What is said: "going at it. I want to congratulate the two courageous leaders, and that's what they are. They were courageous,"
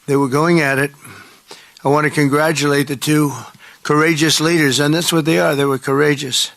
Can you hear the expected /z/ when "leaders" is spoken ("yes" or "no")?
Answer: yes